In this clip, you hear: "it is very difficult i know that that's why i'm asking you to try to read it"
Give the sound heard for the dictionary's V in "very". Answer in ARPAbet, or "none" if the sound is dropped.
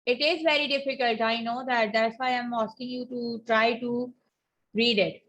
V